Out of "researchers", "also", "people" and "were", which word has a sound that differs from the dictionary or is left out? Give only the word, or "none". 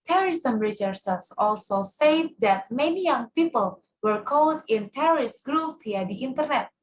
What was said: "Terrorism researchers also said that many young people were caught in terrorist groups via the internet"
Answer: researchers